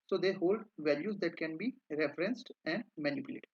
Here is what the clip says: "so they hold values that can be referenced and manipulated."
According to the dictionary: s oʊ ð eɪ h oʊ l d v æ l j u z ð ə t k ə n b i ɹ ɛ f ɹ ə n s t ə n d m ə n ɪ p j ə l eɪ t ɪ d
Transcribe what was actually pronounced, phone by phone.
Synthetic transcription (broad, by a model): s oʊ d eɪ h oʊ l d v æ l j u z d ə t k ə n b i ɹ ɛ f ɹ ə n s t ə n d m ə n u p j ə l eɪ t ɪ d